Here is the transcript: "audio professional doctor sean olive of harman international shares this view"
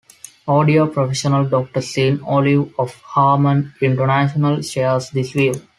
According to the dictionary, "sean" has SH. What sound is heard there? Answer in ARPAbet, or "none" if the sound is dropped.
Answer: S